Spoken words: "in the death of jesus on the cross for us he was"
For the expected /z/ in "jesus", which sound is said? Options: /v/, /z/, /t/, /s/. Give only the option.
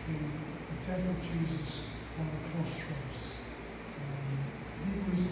/z/